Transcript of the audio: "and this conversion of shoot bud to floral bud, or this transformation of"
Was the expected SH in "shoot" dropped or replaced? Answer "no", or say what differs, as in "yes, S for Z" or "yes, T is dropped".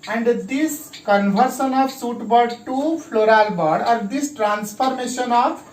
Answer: yes, S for SH